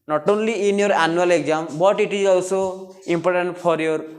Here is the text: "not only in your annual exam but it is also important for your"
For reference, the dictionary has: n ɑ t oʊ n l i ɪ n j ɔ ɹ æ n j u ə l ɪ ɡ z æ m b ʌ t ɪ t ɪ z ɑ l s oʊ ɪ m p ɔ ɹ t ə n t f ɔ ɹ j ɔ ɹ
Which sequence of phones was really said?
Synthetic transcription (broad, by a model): n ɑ t oʊ n l i ɪ n j ɔ ɹ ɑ n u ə l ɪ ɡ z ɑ m b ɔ t ɪ t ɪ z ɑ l s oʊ ɪ m p ɔ ɹ t ə n t p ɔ ɹ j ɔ ɹ